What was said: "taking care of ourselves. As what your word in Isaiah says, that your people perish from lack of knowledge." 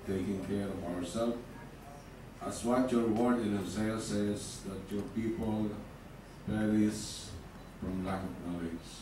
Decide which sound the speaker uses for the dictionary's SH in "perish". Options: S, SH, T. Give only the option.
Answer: S